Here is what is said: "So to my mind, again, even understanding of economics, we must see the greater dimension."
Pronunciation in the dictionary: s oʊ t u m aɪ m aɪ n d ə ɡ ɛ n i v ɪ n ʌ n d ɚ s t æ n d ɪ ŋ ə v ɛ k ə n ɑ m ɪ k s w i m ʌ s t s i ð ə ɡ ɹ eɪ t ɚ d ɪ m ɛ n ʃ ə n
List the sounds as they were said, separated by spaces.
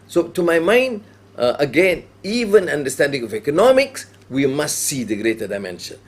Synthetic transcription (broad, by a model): s oʊ t u m aɪ m aɪ n d ə ɡ ɛ n i v ɪ n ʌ n d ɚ s t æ n d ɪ ŋ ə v ɛ k ə n ɑ m ɪ k s w i m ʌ s t s i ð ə ɡ ɹ eɪ t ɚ d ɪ m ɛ n ʃ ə n